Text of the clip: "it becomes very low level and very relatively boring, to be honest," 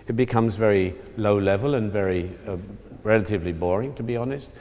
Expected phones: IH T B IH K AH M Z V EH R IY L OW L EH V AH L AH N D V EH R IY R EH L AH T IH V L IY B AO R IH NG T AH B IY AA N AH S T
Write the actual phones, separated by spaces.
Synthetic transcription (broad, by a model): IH T B IH K AH M Z V EH R IY L OW L EH V AH L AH N V EH R IY R EH L AH T IH V L IY B AO R IH NG T AH B IY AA N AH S T